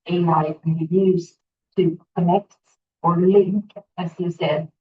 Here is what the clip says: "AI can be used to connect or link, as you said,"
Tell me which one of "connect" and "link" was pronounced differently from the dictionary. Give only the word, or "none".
none